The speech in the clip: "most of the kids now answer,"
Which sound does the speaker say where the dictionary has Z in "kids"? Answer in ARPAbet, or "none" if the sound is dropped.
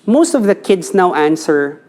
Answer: S